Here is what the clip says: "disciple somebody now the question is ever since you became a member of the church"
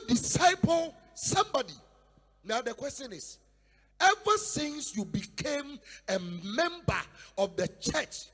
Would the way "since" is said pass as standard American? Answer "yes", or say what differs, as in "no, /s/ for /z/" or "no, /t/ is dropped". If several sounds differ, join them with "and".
yes